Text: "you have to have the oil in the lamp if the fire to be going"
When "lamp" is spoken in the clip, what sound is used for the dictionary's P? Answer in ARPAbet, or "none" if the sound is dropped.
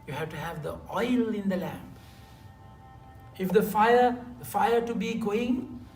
F